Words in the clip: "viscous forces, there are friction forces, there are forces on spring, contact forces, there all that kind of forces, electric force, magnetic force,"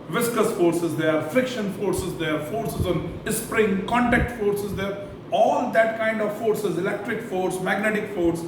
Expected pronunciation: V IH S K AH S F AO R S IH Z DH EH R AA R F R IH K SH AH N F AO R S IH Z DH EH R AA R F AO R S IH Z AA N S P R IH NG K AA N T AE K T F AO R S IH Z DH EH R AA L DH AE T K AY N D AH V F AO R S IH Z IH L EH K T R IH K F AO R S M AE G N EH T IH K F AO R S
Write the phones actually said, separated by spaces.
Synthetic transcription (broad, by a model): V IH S K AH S F AO R S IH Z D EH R AA R F R IH K SH AH N F AO R S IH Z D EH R AA R F AO R S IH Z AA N S P R IH NG K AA N T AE K T F AO R S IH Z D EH R AA L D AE T K AY N D AH V F AO R S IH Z IH L EH K T R IH K F AO R S M AE G N EH T IH K F AO R S